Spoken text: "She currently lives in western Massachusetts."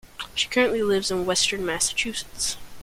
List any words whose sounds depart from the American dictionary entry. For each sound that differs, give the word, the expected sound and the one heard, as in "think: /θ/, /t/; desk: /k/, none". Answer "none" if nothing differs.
none